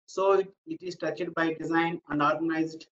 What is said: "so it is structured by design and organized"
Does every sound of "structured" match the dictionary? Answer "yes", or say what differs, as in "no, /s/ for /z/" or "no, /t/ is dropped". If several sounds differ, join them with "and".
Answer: no, /ɹ/ is dropped and /k/ is dropped